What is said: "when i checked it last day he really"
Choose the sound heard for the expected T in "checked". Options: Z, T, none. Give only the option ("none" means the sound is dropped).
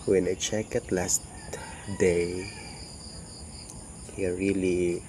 none